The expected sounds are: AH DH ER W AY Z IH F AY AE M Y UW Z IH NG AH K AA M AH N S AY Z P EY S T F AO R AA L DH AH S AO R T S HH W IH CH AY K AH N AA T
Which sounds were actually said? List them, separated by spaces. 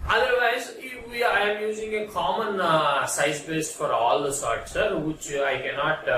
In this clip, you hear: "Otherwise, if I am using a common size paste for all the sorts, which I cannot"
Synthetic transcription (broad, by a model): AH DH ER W AY Z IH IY AY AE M Y UW Z IH NG AH K AA M AH N S AY Z B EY S T F AO R AA L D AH S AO R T S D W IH CH AY K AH N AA T